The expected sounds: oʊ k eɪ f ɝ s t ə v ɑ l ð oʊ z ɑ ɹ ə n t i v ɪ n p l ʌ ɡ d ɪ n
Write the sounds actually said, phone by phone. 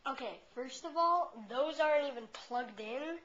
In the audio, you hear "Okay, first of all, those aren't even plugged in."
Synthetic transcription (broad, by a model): oʊ k eɪ f ɝ s t ə v ɑ l ð oʊ z ɑ ɹ ə n t i v ɪ n p l ʌ ɡ d ɪ n